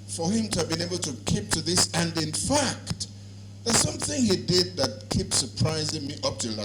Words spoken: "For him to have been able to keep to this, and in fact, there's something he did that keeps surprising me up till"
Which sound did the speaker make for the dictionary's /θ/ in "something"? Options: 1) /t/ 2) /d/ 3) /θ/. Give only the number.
3